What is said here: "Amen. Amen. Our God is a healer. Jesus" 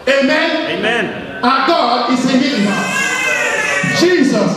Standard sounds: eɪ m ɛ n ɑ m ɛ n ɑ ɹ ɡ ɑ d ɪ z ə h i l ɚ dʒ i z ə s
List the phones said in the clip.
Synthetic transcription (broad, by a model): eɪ m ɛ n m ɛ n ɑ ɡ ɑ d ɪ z ə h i ɚ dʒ i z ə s